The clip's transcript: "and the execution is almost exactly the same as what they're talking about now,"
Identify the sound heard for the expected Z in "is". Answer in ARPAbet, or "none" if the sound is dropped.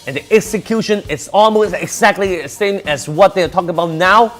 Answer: S